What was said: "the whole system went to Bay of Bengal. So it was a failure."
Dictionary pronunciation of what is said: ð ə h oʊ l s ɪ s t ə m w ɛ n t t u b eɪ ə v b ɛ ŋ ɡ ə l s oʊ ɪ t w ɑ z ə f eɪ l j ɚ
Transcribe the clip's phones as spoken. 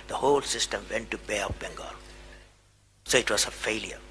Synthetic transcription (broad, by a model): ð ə h oʊ l s ɪ s t ə m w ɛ n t t u b eɪ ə p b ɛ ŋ ɡ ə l s oʊ ɪ t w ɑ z ə f eɪ l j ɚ